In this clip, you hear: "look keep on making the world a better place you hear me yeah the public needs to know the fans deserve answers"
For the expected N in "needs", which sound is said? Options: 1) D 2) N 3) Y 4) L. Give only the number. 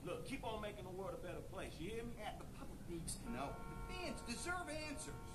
4